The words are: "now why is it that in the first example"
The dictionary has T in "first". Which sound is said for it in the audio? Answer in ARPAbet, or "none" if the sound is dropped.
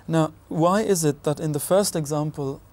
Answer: T